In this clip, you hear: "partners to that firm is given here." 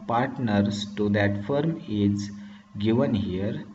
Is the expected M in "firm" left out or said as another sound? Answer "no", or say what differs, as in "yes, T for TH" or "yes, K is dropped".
no